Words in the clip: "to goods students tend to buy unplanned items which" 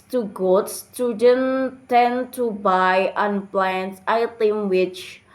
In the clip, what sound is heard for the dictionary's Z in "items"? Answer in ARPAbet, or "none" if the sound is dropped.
none